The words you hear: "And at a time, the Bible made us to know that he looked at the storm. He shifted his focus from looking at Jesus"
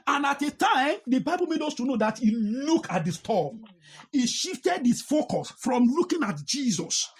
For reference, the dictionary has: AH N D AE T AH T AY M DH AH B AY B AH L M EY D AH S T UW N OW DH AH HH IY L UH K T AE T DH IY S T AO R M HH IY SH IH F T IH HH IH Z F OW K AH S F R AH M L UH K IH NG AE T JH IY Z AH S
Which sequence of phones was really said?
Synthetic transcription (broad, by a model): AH N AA T AH T AY M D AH B AY B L M EY D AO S T UW N OW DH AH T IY L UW K AA T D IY S T AO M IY SH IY F T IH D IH S F OW K AH S F R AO M L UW K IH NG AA T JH IY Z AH S